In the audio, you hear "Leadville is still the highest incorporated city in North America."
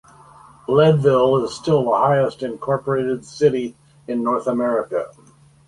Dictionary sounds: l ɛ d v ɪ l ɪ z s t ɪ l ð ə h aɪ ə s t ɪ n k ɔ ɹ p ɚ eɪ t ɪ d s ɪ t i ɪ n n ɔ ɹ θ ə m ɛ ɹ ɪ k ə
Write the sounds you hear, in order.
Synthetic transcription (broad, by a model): l ɛ d v ɪ l ɪ z s t ɪ l ð ə h aɪ ə s t ɪ n k ɔ ɹ p ɚ eɪ t ɪ d s ɪ t i ɪ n n ɔ ɹ θ ə m ɛ ɹ ɪ k ə